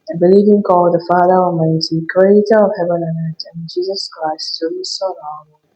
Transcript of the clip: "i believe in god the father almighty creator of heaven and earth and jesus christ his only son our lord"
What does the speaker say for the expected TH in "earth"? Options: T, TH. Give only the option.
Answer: T